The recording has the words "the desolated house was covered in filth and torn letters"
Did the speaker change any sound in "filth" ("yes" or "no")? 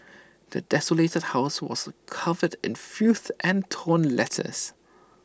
yes